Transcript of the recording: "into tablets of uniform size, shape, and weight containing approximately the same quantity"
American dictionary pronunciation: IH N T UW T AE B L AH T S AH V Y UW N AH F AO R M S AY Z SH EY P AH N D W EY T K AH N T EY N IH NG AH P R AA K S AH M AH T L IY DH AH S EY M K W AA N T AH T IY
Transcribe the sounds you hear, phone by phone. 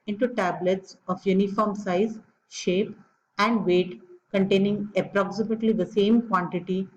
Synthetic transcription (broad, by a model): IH N T UW T AE B L AH T S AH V Y UW N AH F AO R M S AY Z SH EY P AH N D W EY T K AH N T EY N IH NG AH P R AA K S AH M AH T L IY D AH S EY M K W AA N T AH T IY